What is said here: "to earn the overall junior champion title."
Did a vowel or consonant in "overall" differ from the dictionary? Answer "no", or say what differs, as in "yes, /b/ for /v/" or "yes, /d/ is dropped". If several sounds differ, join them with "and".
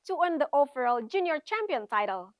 yes, /f/ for /v/